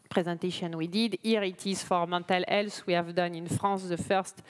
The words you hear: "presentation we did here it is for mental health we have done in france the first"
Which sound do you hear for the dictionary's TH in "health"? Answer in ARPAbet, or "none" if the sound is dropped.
S